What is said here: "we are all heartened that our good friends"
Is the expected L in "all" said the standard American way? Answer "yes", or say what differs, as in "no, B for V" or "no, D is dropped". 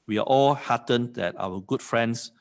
yes